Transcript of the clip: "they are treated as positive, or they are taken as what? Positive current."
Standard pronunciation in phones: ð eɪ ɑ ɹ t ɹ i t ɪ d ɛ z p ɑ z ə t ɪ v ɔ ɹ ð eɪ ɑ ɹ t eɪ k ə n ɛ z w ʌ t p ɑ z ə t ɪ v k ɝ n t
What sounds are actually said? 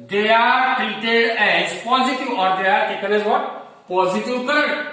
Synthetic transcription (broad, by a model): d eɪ ɑ ɹ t i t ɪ ɛ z p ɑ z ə t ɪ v ɔ ɹ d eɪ ɑ ɹ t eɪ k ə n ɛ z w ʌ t p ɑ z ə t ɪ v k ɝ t